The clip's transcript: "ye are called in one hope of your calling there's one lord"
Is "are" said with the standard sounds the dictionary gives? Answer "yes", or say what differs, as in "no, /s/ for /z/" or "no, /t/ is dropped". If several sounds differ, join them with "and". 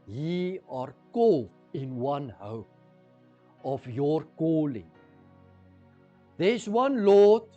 yes